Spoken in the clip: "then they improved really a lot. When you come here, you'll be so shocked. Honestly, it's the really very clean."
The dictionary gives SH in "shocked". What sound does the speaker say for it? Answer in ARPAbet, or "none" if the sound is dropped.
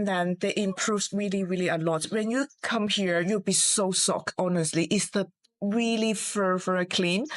S